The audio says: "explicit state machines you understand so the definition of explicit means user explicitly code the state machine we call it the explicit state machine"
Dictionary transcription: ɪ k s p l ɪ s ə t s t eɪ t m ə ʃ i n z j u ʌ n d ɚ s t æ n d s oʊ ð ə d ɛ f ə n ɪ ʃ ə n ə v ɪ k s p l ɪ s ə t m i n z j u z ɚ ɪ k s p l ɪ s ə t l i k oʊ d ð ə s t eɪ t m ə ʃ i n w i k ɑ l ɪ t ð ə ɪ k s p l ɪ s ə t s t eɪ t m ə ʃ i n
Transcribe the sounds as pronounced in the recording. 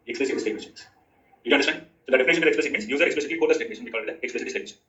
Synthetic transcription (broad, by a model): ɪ k s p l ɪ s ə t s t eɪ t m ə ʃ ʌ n j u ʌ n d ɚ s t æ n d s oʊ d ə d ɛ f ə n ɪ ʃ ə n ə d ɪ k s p l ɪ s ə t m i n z j u z ɚ ɪ k s p l ɪ s ə t l i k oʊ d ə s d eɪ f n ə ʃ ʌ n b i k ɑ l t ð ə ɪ k s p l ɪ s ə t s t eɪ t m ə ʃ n